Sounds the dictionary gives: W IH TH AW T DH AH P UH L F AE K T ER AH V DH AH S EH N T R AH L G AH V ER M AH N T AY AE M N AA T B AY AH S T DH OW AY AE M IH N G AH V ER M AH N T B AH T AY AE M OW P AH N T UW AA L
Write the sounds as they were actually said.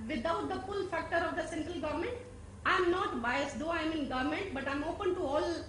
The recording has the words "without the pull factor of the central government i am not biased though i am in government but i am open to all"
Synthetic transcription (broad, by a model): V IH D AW T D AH F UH L F AE K T ER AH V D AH S EH N T R AH L G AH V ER M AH N T AY M N AA T B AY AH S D OW AY M IH N G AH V M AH N T B AH T AY M OW P AH N T UW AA L